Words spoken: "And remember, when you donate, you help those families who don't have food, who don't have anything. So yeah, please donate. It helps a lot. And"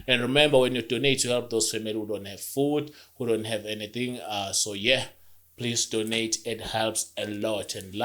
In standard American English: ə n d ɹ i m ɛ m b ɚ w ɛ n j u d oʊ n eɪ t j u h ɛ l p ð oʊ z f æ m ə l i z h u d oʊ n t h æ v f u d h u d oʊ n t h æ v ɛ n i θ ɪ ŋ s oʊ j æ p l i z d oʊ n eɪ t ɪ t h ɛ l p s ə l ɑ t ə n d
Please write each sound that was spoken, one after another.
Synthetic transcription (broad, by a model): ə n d ɹ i m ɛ m b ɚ w ɛ n j u d oʊ n eɪ t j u h ɛ l p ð oʊ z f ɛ m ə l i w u d oʊ n t h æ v f u d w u d oʊ n t h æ v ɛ n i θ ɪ ŋ s oʊ j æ p l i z d oʊ n eɪ t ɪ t h ɛ l p s ə l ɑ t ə n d